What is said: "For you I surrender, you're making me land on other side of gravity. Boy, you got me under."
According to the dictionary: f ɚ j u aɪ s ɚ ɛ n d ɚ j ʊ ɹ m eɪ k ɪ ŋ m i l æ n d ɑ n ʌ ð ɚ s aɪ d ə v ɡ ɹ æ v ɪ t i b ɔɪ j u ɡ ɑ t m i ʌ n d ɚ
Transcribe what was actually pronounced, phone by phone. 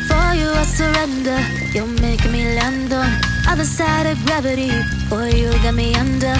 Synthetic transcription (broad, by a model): f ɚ j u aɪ s ɚ ɛ n d ɚ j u l m eɪ ɪ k m i l æ n d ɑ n ʌ ð ɚ s aɪ d ə v ɡ ɹ æ v ɪ t i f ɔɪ j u ɡ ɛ t m i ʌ n d ɚ